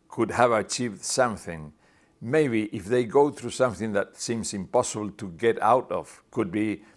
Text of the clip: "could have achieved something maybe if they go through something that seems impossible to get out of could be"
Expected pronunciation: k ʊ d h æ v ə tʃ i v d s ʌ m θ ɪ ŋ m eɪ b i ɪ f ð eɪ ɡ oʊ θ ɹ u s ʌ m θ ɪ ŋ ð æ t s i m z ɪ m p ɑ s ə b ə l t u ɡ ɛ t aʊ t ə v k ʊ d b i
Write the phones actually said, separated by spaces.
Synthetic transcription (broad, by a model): k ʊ d h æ v ə tʃ i v d s ʌ m θ ɪ ŋ m eɪ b i ɪ f ð eɪ ɡ oʊ θ ɹ u s ʌ m θ ɪ ŋ ð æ t s i m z ɪ m p ɑ s ə b ə l t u ɡ ɛ t aʊ t ə v k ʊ d b i